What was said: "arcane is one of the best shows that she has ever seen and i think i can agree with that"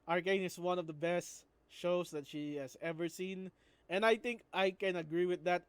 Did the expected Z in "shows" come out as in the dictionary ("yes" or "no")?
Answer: no